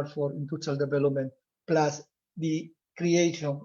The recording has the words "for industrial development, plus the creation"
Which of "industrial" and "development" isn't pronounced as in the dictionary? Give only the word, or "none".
industrial